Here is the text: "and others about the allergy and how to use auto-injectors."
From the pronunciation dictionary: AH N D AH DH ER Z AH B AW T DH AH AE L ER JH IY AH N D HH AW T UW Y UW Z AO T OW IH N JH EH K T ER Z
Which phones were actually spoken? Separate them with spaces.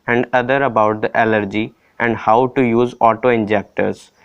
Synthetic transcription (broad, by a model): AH N D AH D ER AH B AW T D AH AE L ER JH IY AH N D HH AW T UW Y UW Z AO T OW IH N JH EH K T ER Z